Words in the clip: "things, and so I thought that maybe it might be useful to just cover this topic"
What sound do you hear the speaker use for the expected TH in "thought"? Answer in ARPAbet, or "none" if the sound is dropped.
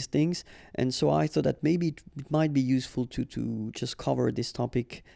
TH